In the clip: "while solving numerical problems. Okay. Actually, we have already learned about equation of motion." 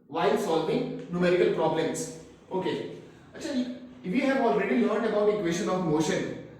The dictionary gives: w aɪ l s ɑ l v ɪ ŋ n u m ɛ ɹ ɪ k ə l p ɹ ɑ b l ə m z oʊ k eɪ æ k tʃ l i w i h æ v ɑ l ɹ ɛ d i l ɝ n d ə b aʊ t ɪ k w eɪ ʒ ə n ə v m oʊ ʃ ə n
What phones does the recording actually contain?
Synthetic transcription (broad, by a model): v aɪ l s ɑ l v ɪ ŋ n u m ɛ ɹ ɪ k ə l p ɹ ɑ b l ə m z oʊ k eɪ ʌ tʃ i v i h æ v ɑ l ɹ ɛ d i l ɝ n d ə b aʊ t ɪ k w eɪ ʃ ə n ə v m oʊ ʃ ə n